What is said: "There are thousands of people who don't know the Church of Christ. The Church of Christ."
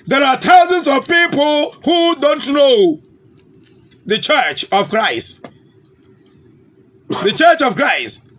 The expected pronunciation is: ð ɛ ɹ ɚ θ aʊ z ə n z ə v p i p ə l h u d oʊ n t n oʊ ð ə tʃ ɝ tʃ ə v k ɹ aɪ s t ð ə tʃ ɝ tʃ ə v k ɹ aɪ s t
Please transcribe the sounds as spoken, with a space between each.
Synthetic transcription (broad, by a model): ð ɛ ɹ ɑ t aʊ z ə n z ə v p i p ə l h u d oʊ n t n oʊ ð ə tʃ ɝ tʃ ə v k ɹ aɪ s t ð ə tʃ ɝ tʃ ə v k ɹ aɪ s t